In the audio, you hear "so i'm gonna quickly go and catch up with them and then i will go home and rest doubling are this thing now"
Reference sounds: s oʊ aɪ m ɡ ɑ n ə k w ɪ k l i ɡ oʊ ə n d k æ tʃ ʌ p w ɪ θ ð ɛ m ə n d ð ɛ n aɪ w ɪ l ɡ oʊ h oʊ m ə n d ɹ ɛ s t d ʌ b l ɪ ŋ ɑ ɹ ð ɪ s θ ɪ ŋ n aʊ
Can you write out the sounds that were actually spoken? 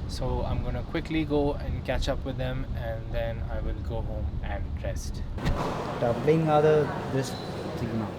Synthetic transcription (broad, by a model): s oʊ aɪ m ɡ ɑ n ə k w ɪ k l i ɡ oʊ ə n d k æ tʃ ʌ p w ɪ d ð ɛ m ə n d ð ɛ n aɪ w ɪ l ɡ oʊ h oʊ m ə n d ɹ ɛ s t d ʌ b l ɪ ŋ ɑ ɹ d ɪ s s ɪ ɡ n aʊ